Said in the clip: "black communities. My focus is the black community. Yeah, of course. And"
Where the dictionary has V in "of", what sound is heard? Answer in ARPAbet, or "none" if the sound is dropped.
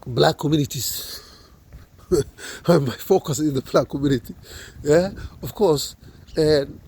F